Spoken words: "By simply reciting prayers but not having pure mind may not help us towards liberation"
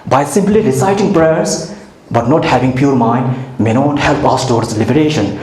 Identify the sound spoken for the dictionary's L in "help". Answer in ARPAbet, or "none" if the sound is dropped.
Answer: L